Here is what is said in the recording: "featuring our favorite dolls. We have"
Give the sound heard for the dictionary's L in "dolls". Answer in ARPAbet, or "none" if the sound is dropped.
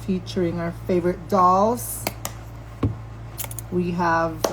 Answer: L